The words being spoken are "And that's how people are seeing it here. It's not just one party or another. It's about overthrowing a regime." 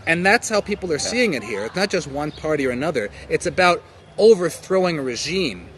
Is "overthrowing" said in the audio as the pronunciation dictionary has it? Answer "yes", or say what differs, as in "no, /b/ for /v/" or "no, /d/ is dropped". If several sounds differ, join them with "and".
yes